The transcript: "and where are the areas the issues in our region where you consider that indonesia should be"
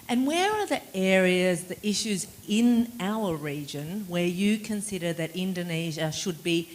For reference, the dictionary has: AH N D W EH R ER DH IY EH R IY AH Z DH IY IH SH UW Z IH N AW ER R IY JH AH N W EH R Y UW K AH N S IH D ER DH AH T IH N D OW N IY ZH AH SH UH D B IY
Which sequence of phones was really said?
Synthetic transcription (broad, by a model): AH N W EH R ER DH IY EH R IY AH Z DH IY IH SH UW Z IH N AW ER R IY JH AH N W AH R Y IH K AH N S IH D ER DH AH T IH N D OW N IY ZH AH SH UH D B IY